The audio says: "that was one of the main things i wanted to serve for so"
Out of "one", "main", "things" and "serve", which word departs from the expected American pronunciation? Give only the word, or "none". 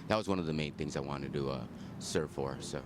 none